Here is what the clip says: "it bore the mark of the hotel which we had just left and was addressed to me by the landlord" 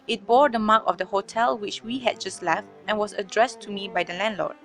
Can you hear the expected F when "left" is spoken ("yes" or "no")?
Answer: yes